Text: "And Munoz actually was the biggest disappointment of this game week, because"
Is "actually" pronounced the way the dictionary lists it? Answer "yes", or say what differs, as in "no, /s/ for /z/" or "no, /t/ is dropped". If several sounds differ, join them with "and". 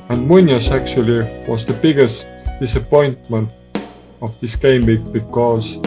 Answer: yes